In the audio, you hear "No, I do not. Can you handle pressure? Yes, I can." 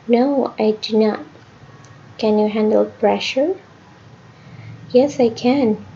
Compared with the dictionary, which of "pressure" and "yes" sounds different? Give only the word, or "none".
none